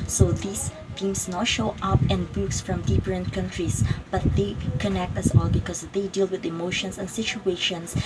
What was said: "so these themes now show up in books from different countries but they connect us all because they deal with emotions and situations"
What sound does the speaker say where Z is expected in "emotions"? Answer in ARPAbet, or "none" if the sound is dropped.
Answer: S